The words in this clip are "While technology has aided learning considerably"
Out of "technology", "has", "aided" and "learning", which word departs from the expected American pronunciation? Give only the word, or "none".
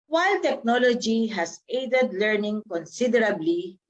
has